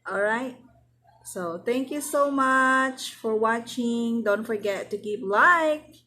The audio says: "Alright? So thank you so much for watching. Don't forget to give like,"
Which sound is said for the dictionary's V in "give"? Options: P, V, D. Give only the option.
P